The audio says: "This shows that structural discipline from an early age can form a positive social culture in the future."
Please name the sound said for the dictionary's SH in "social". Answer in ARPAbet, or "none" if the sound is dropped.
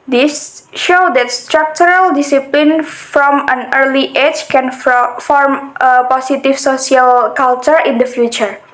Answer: S